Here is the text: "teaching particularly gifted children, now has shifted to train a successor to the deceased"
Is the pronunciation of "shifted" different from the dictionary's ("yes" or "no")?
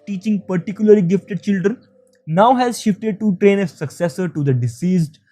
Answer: no